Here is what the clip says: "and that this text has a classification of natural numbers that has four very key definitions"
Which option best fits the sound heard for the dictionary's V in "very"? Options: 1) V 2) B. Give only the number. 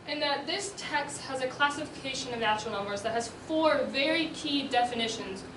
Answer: 1